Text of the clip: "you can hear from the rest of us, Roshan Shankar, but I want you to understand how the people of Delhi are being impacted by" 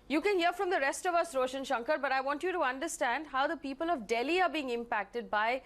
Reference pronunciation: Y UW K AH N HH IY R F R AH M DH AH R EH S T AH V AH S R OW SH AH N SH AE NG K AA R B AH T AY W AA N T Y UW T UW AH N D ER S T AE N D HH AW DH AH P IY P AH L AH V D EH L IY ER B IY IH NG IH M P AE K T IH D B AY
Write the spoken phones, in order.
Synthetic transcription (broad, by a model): Y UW K AH N HH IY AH F R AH M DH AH R EH S T AH V AH S R OW SH AH N SH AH NG K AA R B AH T AY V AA N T Y UW T UW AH N D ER S T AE N D HH AW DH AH P IY P AH L AH V D EH L IY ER B IY IH NG IH M P AE K T IH D B AY